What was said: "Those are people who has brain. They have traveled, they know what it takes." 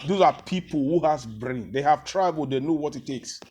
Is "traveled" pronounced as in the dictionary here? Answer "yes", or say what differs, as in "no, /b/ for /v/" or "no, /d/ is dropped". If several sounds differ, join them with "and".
no, /b/ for /v/